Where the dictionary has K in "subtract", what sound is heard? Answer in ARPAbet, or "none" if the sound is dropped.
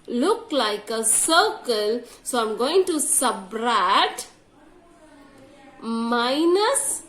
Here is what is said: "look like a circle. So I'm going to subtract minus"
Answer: none